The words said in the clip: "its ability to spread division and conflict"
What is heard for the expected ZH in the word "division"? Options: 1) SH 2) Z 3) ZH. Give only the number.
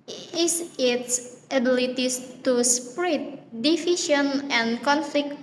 1